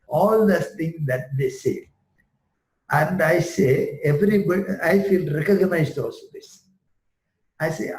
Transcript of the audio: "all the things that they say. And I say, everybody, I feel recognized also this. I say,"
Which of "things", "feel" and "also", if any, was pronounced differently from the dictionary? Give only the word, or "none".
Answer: things